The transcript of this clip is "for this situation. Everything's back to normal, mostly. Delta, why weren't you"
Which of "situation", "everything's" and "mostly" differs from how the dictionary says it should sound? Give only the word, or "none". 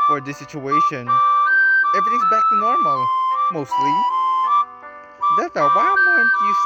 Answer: everything's